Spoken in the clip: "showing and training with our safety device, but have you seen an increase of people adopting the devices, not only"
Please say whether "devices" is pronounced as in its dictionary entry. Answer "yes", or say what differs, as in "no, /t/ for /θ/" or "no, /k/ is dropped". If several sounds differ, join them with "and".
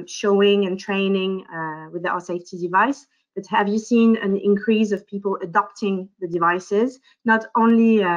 yes